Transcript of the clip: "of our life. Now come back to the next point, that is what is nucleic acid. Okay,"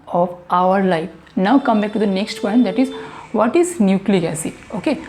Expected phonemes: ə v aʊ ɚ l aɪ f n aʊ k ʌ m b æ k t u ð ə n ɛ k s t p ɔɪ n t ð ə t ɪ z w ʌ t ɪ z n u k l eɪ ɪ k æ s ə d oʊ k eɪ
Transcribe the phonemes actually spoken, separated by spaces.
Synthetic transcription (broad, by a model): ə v aʊ ɚ l aɪ f n aʊ k ʌ m b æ k t u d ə n ɛ k s t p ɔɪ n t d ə t ɪ z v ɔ t ɪ z n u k l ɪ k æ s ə oʊ k eɪ